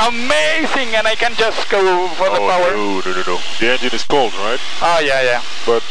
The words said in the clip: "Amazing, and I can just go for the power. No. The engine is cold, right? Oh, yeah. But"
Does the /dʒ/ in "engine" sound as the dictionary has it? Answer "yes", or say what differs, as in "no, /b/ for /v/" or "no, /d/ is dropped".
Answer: yes